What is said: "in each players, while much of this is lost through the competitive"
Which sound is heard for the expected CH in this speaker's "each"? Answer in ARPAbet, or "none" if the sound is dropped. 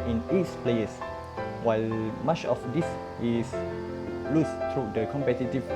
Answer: S